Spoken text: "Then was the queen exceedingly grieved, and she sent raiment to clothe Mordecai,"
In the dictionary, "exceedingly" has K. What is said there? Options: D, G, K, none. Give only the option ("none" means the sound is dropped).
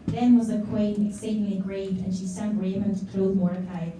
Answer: K